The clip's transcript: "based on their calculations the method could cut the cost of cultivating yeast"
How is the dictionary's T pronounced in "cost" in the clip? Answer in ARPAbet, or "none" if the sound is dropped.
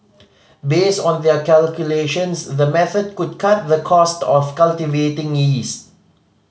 T